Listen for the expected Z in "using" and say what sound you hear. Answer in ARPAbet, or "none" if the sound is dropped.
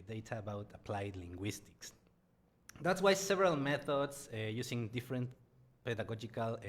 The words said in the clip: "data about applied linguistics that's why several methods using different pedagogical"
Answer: S